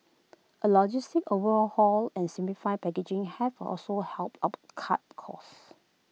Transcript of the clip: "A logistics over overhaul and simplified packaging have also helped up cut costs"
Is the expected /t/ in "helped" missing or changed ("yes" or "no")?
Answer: no